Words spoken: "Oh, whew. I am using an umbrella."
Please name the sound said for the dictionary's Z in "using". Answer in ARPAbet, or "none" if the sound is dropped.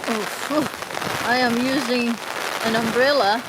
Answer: Z